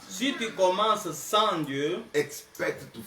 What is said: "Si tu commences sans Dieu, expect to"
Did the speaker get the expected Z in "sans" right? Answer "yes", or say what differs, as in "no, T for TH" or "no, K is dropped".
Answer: no, Z is dropped